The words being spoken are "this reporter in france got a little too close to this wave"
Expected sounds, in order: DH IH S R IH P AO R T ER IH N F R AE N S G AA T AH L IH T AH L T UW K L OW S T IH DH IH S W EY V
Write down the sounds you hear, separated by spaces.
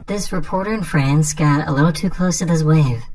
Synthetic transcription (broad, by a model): DH IH S R IH P AO R T ER IH N F R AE N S G AA T AH L IH T L T UW K L OW S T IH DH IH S W EY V